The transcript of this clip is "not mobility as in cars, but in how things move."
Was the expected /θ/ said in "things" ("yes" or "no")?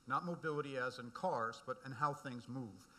yes